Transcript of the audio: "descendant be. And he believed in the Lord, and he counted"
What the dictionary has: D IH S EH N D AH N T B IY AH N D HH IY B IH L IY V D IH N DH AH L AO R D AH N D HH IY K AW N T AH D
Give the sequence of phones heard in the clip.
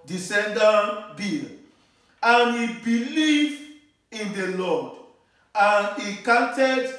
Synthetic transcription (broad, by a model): D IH S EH N D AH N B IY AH N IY B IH L IY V IH N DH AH L AO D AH N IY K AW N T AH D